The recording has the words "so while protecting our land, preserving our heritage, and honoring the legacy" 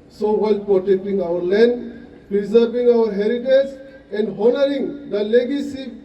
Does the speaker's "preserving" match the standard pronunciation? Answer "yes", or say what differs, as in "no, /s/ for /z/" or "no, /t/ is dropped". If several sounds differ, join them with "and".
no, /p/ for /v/